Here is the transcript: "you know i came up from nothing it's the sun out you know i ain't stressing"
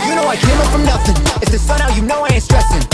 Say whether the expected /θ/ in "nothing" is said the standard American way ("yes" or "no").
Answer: yes